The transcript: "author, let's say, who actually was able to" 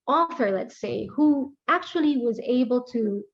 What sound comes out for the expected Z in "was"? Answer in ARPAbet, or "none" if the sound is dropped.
Z